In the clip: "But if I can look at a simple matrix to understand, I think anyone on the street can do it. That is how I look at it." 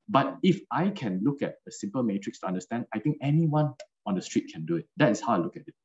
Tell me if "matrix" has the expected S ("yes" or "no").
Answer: yes